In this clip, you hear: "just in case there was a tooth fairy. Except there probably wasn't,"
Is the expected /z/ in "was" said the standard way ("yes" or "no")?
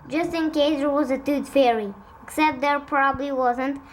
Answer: yes